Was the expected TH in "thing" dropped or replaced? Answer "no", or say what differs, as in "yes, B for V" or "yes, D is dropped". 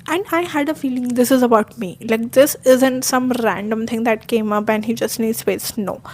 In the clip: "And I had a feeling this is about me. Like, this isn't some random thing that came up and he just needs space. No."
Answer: yes, T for TH